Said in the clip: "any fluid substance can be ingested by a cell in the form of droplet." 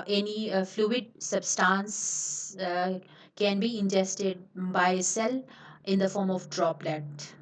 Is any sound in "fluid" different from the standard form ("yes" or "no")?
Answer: no